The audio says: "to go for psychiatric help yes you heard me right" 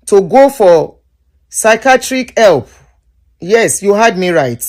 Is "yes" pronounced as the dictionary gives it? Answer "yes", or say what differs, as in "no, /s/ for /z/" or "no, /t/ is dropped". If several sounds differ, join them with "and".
yes